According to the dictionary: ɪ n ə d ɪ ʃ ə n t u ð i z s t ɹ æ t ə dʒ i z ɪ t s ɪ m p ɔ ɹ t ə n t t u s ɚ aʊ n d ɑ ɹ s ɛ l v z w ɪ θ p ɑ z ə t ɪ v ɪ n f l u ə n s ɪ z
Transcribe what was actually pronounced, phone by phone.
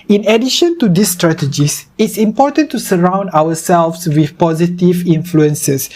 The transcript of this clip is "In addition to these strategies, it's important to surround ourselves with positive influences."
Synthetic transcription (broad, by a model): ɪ n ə d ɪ ʃ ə n t u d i s t ɹ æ t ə dʒ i s ɪ t s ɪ m p ɔ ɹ t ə n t t u s ɚ aʊ n d ɑ w s ɛ l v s w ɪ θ p ɑ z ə t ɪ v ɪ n f l u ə n s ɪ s